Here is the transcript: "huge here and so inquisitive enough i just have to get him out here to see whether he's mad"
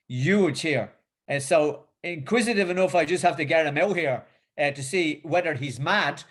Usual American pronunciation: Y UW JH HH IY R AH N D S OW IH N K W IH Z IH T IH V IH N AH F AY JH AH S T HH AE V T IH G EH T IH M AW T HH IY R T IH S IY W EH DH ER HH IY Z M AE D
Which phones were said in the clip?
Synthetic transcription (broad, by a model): Y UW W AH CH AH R S OW IH N K W IH Z IH T IH V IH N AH F AY JH AH S T HH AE F T IH G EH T IH M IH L HH IY R T IH S IY W EH DH ER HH IY Z M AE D